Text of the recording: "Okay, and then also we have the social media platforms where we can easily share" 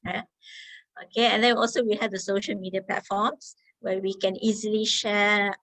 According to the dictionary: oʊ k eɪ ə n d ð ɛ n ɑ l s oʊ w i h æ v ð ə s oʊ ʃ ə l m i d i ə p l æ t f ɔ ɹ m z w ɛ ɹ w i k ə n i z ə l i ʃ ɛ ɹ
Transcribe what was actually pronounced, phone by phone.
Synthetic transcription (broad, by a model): oʊ k eɪ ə n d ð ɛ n ɑ l s oʊ w i h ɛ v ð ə s oʊ ʃ ə l m i d i ə p l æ t f ɔ m s w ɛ w i k ə n i z ə l i ʃ ɛ